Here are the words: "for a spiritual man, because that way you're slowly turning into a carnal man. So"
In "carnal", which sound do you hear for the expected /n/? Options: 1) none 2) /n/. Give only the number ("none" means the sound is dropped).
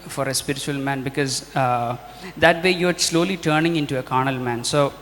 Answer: 2